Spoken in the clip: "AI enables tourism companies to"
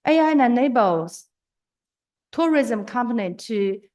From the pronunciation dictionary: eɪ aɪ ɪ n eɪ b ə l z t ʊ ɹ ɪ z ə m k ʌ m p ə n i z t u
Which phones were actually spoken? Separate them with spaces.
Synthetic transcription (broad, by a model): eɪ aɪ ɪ n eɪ b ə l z t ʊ ɹ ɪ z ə m k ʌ m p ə n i t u